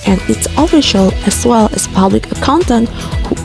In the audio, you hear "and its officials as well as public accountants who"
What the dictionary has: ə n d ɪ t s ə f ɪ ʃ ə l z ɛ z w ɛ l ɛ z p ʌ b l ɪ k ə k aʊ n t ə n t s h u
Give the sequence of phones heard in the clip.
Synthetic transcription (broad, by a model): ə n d ɪ t s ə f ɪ ʃ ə l ɛ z w ɛ l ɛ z p ʌ b l ɪ k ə k aʊ n t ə n t h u